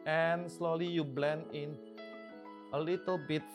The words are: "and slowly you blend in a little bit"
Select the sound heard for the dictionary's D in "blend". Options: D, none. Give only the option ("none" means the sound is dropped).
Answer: none